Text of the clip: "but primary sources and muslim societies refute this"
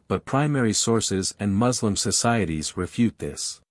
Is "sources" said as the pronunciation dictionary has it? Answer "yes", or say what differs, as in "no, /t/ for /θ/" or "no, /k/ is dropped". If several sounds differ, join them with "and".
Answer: yes